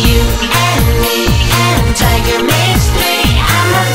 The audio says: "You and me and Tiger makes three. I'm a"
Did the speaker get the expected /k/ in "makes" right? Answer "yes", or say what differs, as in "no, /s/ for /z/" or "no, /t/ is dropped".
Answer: no, /k/ is dropped